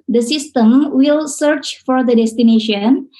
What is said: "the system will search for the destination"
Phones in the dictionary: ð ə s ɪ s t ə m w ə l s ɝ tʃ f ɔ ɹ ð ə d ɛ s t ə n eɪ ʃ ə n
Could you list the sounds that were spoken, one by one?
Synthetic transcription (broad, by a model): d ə s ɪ s t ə m w ə l s ɝ tʃ f ɔ ɹ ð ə d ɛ s t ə n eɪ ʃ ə n